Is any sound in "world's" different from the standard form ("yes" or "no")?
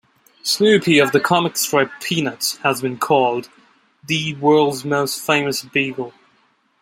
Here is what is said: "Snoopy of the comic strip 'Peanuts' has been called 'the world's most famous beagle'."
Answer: no